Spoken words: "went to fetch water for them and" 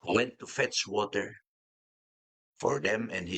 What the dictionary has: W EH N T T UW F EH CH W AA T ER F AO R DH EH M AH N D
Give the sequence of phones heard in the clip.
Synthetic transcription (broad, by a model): W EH N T T UW F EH S W AA T ER F AO R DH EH M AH N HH